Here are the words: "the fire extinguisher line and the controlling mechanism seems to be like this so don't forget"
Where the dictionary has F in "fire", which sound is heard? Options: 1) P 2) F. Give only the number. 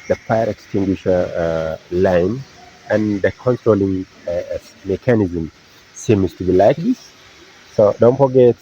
1